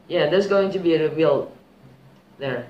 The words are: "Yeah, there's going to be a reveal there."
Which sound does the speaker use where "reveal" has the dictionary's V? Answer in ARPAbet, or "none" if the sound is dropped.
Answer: W